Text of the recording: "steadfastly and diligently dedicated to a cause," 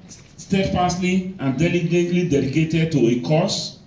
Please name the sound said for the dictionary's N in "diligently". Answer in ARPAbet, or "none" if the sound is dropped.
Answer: none